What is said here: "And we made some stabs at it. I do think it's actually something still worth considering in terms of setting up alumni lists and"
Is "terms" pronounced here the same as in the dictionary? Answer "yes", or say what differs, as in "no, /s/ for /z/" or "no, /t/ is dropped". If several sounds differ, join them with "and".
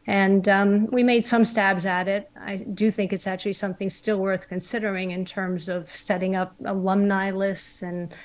yes